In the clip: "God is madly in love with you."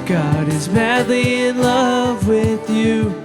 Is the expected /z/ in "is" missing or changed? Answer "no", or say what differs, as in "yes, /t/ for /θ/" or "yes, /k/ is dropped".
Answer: no